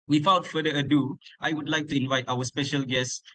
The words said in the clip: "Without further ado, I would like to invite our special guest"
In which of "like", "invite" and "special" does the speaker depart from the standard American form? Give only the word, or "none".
none